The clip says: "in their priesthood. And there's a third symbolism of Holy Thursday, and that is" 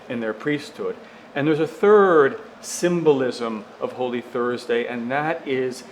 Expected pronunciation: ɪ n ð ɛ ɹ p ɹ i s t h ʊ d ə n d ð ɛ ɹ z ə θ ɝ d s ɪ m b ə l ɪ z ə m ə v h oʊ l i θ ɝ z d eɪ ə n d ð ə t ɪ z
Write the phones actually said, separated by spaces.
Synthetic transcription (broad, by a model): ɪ n ð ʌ ɹ p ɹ i s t h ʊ d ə n ð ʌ ɹ z ə θ ɝ d s ɪ m b ə l ɪ z ə m ə v h oʊ l i θ ɝ z d eɪ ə n ð ə t ɪ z